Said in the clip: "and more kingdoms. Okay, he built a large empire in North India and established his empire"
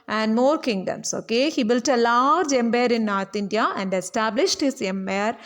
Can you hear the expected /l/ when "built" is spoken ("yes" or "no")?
yes